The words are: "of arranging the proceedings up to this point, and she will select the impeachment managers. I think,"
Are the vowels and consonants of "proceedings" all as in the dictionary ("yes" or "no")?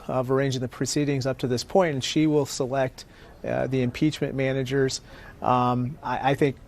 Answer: yes